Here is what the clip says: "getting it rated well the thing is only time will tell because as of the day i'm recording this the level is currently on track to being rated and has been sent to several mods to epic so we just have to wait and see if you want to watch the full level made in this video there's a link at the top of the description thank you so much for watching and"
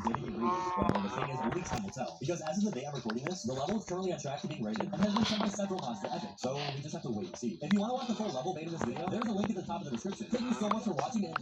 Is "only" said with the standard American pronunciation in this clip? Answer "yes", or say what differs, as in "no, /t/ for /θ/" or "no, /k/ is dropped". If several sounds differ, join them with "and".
no, /n/ is dropped